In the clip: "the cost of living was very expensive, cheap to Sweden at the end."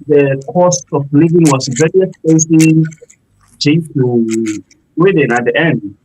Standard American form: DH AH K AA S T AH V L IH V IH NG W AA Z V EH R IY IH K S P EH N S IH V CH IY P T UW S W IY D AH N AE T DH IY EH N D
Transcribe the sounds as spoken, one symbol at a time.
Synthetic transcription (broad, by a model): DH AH K AA S T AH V L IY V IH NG W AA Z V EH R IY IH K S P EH S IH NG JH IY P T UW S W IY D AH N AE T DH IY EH N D